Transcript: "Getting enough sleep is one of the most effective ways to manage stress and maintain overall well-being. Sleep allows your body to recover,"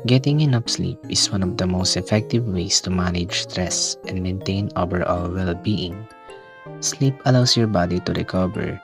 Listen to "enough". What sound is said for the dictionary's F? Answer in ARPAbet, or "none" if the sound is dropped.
P